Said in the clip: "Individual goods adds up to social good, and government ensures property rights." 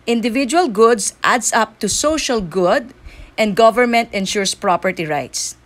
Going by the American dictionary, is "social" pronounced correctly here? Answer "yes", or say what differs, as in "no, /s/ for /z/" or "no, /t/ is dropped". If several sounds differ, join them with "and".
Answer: yes